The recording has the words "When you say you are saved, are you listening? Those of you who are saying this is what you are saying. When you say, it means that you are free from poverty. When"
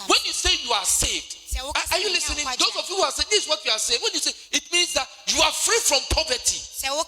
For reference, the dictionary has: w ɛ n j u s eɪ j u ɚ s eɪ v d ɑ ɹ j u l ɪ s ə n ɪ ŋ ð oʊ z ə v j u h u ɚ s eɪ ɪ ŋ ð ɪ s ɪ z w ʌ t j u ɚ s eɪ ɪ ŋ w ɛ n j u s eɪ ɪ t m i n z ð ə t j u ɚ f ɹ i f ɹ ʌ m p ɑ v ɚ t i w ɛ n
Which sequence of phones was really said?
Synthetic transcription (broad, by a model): w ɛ n j u s eɪ j u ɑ s eɪ v d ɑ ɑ j u l ɪ s ə n ɪ ŋ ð oʊ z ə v j u h u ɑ s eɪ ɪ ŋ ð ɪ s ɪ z w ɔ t j u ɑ s eɪ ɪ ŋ w ɛ n j u s eɪ ɪ t m i n z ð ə t j u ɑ f ɹ i f ɹ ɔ m p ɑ v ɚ t i